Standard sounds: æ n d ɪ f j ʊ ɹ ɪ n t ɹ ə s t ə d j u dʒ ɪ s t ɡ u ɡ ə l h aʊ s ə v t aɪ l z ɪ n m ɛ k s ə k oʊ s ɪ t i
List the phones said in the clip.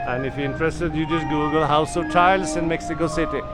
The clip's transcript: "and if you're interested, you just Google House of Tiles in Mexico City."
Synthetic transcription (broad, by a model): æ n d ɪ f j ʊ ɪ n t ɹ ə s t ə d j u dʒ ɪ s ɡ u ɡ ə l h aʊ s ə v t aɪ l s ɪ n m ɛ k s ə k oʊ s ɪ t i